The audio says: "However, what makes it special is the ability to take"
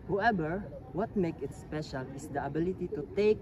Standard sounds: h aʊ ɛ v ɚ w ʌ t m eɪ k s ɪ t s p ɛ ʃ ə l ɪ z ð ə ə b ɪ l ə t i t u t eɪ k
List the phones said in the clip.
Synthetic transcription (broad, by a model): h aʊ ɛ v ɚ w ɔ t m eɪ k ɪ t s p ɛ ʃ ə l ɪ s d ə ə b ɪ l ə t i t u t eɪ k